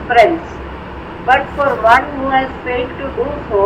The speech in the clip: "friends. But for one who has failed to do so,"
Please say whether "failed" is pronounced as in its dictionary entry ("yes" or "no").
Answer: no